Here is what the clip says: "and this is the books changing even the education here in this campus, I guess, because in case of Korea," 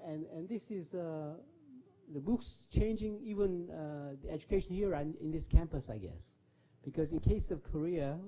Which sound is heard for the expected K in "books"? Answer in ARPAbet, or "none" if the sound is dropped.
K